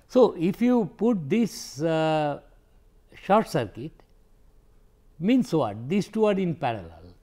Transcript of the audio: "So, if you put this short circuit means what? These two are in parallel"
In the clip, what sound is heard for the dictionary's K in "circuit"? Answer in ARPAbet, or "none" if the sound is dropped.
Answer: K